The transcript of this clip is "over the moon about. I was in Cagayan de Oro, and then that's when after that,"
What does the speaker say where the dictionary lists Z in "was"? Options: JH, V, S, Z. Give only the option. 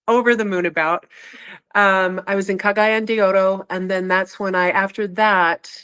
Z